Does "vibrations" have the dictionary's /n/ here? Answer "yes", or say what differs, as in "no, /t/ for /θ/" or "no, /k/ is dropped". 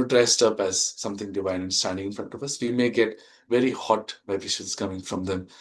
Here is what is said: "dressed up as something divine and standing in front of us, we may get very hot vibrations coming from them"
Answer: no, /n/ is dropped